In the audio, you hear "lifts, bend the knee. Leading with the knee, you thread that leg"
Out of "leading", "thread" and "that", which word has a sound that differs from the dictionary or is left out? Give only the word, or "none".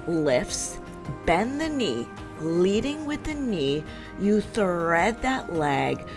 none